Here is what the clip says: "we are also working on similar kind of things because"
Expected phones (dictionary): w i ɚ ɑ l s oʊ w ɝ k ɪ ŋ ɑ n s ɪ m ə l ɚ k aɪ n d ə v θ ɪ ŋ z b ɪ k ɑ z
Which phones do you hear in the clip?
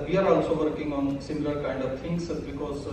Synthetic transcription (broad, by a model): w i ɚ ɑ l s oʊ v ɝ k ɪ ŋ ɑ n s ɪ m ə l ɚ k aɪ n d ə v t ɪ ŋ s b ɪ k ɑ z